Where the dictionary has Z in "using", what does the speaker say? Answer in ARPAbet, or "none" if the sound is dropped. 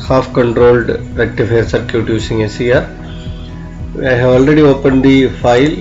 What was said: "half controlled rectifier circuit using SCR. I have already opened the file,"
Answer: S